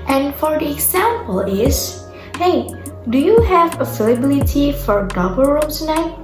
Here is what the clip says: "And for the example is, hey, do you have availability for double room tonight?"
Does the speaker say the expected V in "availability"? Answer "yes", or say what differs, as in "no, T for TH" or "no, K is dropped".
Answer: no, F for V